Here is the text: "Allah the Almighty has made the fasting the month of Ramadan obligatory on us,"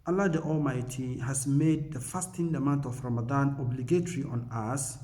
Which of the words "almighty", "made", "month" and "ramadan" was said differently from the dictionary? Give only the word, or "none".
month